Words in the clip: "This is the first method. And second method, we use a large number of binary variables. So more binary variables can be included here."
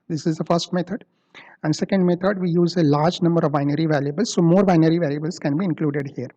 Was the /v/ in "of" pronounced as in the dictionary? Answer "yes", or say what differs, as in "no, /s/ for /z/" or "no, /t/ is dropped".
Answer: yes